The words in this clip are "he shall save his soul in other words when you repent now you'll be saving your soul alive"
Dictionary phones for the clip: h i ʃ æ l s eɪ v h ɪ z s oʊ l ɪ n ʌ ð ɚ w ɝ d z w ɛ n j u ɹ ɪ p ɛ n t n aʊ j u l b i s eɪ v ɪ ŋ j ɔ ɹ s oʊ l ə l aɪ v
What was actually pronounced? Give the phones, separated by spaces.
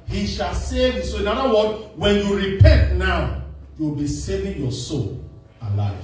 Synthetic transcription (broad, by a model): h i ʃ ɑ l s eɪ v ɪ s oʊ ɪ n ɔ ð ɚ w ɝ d w ɛ n j u ɹ ɪ p ɛ n t n aʊ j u w b i s eɪ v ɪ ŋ j ɔ s oʊ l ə l aɪ